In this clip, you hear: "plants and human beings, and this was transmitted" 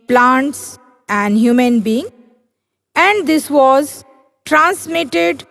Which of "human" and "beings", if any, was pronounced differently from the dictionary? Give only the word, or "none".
beings